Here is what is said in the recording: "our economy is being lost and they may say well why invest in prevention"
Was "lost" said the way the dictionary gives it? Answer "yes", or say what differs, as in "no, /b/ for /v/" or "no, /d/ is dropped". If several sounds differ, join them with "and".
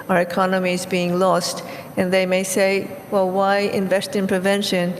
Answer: yes